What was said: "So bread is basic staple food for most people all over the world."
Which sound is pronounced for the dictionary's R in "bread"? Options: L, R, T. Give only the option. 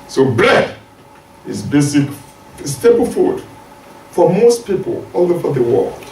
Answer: L